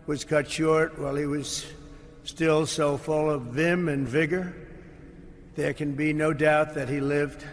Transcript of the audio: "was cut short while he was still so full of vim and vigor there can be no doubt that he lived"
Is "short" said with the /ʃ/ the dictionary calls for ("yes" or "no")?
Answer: yes